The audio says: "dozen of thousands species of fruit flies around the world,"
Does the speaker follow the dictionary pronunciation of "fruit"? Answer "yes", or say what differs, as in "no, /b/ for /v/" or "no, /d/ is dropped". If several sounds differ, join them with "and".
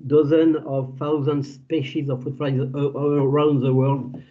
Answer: no, /ɹ/ is dropped